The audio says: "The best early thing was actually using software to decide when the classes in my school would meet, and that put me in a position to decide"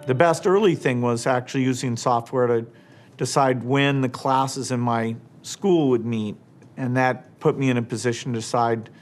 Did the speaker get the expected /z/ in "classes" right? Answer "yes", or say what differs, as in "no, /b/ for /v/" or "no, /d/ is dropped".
yes